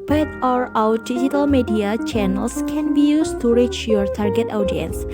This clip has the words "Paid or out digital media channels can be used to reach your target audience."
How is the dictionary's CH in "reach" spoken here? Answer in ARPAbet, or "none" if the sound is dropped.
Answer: CH